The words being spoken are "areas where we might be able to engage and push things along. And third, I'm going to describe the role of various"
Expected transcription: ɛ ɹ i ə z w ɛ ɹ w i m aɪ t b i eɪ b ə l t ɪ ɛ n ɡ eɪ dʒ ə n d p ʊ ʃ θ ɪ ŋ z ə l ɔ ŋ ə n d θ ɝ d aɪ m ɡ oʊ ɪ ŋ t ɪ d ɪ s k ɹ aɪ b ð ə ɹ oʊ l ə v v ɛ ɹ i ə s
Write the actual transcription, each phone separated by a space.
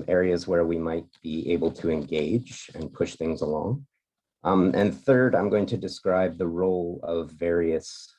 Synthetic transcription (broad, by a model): ɛ ɹ i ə z w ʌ ɹ w i m aɪ t b i eɪ b l t ɪ ɛ n ɡ eɪ dʒ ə n p ʊ ʃ θ ɪ ŋ z ə l ɔ ŋ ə n θ ɝ d aɪ m ɡ oʊ ɪ ŋ t ɪ d ɪ s k ɹ aɪ b ð ə ɹ oʊ l ə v v ɛ ɹ i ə s